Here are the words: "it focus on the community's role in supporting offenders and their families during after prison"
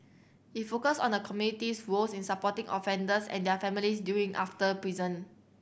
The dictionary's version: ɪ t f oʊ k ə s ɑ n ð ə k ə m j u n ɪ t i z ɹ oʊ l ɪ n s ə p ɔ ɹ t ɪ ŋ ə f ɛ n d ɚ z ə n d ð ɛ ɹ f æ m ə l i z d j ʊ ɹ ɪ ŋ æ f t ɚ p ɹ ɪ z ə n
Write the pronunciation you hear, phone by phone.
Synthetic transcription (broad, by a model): ɪ t f oʊ k ə s ɑ n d ə k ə m j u n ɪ t i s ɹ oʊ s ɪ n s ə p ɔ t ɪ ŋ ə f ɛ n d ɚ s ə n d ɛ f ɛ m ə l i s d j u ɪ ŋ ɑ f t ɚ p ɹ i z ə n